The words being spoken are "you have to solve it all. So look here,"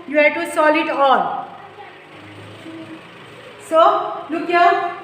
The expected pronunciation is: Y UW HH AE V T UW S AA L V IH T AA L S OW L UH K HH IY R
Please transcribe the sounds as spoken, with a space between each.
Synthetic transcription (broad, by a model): Y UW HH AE T UW S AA L IH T AA L S OW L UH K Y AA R